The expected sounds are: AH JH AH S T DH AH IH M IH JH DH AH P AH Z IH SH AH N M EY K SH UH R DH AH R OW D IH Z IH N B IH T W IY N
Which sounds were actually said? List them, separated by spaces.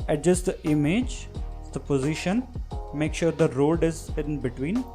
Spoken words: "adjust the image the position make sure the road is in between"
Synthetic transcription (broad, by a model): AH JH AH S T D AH IH M IH JH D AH P AH Z IH SH AH N M EY K SH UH R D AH R OW D IH Z IH N B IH T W IY N